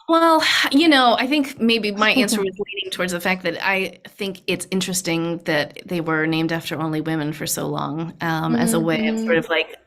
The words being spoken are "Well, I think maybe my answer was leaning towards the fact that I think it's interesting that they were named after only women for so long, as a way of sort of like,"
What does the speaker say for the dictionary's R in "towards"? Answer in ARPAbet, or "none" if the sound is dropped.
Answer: R